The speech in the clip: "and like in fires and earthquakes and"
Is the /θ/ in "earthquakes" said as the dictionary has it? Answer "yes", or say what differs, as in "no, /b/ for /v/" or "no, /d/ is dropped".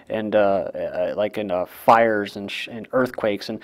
yes